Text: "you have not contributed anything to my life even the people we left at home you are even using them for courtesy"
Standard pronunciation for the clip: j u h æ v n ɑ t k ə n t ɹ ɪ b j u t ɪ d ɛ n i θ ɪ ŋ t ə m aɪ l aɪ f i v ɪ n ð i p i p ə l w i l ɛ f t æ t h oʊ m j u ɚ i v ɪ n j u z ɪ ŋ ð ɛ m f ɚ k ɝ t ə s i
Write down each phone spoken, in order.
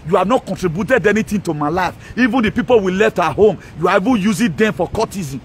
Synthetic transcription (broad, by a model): j u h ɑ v n ɑ t k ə n t ɹ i b j u t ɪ d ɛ n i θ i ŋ t ə m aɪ l aɪ f i v ɪ n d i p i p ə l w i l ɛ f t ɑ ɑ h oʊ m j u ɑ i v ɪ n j u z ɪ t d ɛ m f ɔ k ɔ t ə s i